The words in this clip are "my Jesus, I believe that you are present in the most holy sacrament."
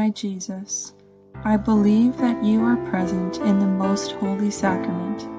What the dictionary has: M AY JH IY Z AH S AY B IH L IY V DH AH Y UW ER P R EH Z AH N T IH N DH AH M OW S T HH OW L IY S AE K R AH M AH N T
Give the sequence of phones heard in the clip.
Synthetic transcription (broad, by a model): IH JH IY Z AH S AY B IH L IY V DH AH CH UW ER P R EH Z AH N T IH N DH AH M OW S T HH OW L IY S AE K R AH M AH N T